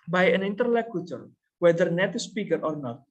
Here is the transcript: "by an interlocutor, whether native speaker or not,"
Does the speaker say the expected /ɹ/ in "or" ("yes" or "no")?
yes